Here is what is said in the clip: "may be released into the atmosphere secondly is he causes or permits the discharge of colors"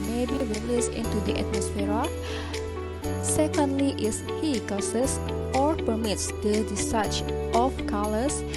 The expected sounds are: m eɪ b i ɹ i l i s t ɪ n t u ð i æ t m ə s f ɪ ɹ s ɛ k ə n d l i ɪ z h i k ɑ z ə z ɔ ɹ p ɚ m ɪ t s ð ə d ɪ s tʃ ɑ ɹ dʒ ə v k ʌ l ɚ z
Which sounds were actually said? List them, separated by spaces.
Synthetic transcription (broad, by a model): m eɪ b i ɹ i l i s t ɪ n t u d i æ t m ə s f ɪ ɹ s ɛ k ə n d l i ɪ s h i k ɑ s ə s ɔ ɹ p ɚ m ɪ t s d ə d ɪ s ɑ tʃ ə f k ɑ l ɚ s